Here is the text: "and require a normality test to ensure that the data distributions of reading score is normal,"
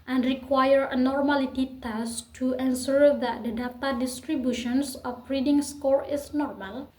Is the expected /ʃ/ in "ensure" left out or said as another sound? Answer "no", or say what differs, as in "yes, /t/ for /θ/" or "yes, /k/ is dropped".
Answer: yes, /s/ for /ʃ/